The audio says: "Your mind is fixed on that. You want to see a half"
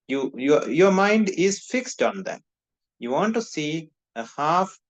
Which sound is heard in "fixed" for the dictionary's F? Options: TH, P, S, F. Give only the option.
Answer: F